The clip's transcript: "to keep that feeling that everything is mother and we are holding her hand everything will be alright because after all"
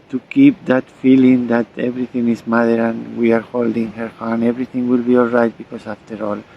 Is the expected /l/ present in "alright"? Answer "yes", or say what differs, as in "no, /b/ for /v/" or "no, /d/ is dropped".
yes